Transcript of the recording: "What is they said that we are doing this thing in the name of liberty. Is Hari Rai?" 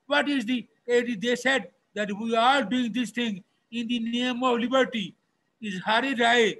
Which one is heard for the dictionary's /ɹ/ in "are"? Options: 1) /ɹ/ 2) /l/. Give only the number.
2